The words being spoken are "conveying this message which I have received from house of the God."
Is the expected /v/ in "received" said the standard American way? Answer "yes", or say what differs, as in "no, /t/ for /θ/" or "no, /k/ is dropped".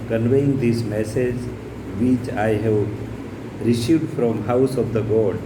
no, /v/ is dropped